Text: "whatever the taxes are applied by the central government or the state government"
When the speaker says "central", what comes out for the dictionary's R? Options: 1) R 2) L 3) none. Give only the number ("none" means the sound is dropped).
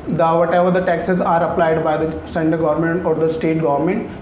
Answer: 3